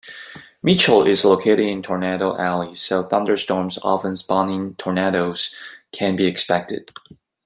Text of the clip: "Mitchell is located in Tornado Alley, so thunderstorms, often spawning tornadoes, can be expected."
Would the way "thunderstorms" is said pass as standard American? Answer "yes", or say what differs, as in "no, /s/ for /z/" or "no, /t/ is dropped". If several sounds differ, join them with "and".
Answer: yes